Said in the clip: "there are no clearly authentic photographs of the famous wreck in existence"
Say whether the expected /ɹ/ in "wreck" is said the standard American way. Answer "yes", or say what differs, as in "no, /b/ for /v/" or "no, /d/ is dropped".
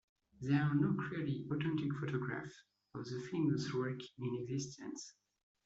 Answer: no, /w/ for /ɹ/